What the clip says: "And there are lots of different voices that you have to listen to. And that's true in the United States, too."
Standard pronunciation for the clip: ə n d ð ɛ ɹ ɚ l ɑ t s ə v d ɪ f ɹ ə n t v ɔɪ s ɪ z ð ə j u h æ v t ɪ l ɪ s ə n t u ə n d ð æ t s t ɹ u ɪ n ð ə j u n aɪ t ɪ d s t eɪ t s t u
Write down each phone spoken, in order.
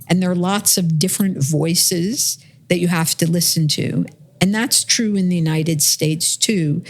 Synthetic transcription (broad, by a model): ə n ð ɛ ɹ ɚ l ɑ t s ə v d ɪ f ɹ ə n t v ɔɪ s ɪ z ð ə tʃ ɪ h æ f t ɪ l ɪ s ə n t u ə n ð æ t s t ɹ u ɪ n ð ə j u n aɪ t ɪ d s t eɪ t s t u